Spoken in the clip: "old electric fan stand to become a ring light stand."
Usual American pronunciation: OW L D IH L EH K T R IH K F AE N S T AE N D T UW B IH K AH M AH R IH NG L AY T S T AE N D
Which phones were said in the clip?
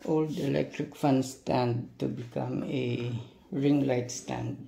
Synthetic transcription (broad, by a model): OW L D IH L EH K T R IH K F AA N S T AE N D T UW B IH K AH M AH R IH NG L AY T S T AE N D